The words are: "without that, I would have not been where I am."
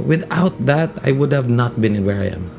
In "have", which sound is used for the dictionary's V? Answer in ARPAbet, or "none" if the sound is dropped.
V